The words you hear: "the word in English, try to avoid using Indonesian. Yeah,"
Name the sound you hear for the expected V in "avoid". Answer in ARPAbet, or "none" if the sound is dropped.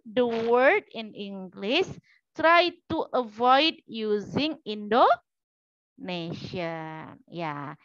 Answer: V